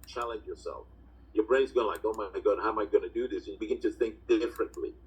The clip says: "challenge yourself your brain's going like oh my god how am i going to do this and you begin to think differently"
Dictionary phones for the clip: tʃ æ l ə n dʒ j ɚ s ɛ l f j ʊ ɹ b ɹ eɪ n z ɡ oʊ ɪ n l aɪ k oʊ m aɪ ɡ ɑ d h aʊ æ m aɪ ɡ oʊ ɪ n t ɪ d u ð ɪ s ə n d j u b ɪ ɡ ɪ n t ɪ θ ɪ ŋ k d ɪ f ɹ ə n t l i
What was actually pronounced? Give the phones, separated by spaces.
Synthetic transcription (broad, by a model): tʃ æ l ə n dʒ j ɚ s ɛ l f j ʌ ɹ b ɹ eɪ n z ɡ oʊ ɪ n l aɪ k oʊ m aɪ ɡ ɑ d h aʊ m aɪ ɡ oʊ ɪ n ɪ d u ð ɪ s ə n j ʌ b ɪ ɡ ɪ n t ɪ θ ɪ ŋ k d ɪ f ɹ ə n t l i